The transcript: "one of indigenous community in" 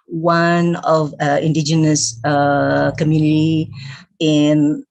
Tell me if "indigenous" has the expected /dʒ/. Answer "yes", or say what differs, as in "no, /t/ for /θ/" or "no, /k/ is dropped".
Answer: yes